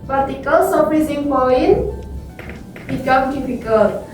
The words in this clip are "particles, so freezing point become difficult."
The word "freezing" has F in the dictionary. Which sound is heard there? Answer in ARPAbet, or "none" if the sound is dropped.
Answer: P